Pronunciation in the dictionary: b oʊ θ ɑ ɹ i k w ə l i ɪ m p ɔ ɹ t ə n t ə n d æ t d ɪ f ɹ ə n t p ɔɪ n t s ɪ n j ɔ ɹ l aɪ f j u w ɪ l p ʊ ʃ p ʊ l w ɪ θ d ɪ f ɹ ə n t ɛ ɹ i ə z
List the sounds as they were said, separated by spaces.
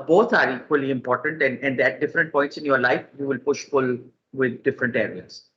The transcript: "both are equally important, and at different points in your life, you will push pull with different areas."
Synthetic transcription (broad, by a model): b oʊ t ɑ ɹ i k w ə l i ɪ m p ɔ ɹ t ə n t ə n d æ t d ɪ f ɹ ə n t p ɔɪ n t s ɪ n j ɔ ɹ l aɪ f j u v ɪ l p ʊ ʃ f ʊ l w ɪ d d ɪ f ɹ ə n t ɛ ɹ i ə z